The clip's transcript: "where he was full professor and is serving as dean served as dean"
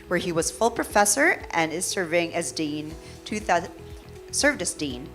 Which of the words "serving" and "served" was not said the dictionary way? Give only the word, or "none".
none